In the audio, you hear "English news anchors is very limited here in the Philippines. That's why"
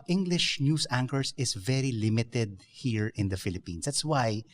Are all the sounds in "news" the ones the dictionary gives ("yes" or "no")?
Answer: no